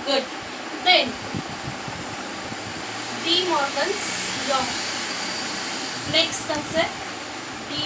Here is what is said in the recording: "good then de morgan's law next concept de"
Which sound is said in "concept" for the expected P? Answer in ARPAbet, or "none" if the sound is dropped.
none